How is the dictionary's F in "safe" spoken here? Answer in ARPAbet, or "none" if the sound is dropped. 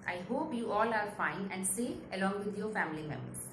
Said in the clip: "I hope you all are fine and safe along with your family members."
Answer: none